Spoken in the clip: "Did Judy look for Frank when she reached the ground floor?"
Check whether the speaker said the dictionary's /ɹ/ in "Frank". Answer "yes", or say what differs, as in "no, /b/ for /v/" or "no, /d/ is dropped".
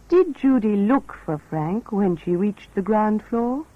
yes